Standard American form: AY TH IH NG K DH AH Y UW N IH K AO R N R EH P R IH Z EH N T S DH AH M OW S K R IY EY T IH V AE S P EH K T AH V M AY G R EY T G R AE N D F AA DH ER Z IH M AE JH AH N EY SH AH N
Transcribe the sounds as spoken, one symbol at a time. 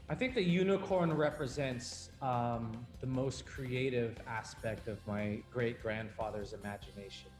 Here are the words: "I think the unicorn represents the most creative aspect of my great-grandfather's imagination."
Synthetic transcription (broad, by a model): AY TH IH NG K DH AH Y UW N IH K AO R N R EH P R IH Z EH N T S DH AH M OW S K R IY EY T IH V AE S P EH K T AH V M AY G R EY T G R AE N D F AA DH ER Z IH M AE JH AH N EY SH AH N